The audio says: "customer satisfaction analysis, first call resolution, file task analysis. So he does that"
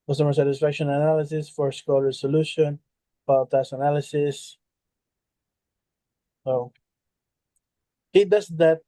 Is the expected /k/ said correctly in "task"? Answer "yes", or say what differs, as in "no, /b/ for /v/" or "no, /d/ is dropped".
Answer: no, /k/ is dropped